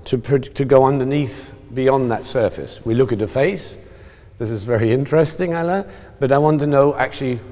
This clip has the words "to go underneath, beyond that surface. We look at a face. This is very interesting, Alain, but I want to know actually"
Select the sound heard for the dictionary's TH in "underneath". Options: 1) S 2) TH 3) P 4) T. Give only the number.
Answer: 2